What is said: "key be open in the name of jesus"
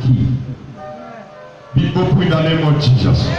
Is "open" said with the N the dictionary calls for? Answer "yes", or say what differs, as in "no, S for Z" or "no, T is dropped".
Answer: no, N is dropped